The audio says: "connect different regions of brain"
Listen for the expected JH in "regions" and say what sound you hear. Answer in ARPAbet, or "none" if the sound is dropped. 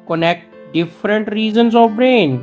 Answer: Z